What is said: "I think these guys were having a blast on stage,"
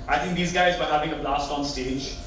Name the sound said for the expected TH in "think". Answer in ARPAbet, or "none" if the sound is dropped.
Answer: T